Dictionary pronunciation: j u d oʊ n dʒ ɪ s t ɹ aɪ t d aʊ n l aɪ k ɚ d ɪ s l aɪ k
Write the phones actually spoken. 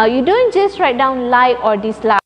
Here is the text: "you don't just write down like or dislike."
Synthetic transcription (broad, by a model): j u d oʊ n dʒ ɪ s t ɹ aɪ t d aʊ n l aɪ ɔ d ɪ s l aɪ